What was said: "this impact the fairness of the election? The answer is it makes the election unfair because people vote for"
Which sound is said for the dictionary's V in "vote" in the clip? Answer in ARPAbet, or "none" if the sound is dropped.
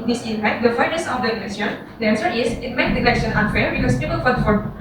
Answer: F